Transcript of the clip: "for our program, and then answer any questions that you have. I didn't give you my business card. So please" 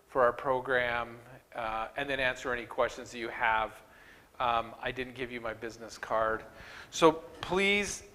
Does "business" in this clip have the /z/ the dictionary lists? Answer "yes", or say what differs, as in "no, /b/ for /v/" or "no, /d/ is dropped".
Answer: yes